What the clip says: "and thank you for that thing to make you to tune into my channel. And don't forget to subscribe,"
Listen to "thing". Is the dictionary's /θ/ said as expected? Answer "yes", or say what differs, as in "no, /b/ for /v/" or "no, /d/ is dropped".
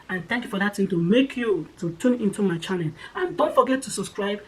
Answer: no, /t/ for /θ/